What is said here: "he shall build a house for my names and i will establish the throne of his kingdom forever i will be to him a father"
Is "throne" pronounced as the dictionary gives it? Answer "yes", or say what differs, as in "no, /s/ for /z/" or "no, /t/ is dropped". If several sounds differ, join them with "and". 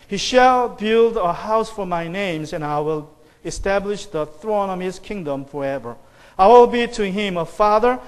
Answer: yes